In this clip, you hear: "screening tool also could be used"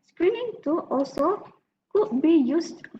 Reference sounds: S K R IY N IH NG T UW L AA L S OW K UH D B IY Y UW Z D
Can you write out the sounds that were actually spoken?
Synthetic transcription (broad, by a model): S K R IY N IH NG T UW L AA L S OW K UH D B IY Y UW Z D